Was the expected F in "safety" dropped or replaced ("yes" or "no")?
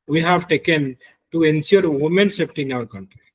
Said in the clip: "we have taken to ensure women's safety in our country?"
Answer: yes